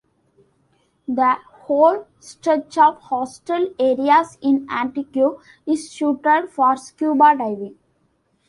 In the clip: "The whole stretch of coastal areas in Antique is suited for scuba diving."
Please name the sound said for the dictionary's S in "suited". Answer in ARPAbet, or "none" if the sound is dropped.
SH